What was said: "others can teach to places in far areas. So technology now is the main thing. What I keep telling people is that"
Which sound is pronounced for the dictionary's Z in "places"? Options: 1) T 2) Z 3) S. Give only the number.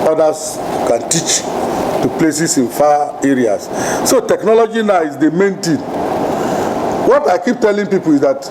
3